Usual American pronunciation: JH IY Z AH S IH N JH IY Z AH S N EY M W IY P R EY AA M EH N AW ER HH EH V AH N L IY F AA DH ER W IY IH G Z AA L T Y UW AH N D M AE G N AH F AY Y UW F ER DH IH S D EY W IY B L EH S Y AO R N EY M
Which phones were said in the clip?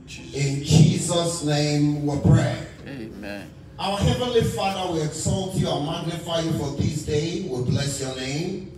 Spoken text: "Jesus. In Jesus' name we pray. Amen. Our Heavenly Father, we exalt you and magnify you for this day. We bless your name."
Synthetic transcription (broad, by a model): IH N JH IY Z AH S N EY M W IY P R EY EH AW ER HH EH V AH N L IY F AA DH ER W IY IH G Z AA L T Y UW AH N M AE G N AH F AY Y UW F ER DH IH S D EY W IY B L EH S Y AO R N EY M